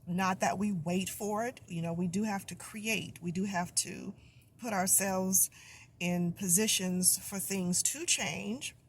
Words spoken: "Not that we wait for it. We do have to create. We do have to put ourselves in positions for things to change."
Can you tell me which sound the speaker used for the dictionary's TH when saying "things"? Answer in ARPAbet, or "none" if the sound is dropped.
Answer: TH